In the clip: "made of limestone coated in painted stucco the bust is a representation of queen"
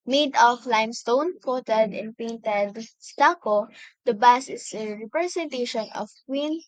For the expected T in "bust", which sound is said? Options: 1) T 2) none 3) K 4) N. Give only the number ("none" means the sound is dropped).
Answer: 2